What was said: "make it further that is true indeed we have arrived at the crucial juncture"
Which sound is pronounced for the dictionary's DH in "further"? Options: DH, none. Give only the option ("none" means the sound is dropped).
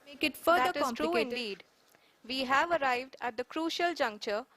none